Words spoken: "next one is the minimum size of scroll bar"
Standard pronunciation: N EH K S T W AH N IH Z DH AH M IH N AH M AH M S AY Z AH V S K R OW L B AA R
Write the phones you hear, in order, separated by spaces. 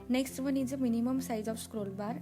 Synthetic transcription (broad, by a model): N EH K S T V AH N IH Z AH M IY N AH M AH M S AY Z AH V S K R OW L B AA R